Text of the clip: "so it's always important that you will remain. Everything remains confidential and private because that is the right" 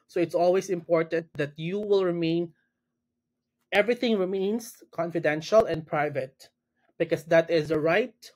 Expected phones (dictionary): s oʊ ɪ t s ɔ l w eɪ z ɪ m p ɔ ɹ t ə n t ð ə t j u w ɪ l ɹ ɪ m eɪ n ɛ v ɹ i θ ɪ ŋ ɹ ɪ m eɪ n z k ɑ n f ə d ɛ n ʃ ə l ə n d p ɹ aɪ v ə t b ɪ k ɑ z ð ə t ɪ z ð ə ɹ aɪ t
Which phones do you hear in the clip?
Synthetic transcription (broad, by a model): s oʊ ɪ t s ɔ l w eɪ s ɪ m p ɔ ɹ t ə n t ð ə t j u w ɪ l ɹ ɪ m eɪ n ɛ v ɹ i θ ɪ ŋ ɹ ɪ m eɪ n s k ɑ n f ə d ɛ n ʃ ə l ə n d p ɹ aɪ v ə t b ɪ k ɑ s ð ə t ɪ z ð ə ɹ aɪ t